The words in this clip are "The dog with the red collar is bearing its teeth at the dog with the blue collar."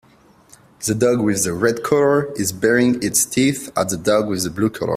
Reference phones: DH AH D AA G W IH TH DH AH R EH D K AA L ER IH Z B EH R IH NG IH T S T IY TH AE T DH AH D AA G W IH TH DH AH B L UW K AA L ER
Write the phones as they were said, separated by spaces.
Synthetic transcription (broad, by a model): DH AH D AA G W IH DH AH R EH D K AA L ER IH Z B EH R IH NG IH T S T IY TH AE T DH AH D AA G W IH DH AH B L UW K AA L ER